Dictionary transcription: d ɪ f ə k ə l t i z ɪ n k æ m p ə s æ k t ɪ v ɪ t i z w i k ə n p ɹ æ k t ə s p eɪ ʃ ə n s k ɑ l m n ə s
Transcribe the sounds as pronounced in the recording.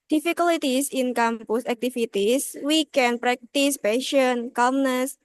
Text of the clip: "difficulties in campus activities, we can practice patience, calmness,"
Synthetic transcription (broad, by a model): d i f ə k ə l t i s ɪ n k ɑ m p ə s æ k t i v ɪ t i s w i k ə n p ɹ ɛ k t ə s p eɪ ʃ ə n k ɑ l m n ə s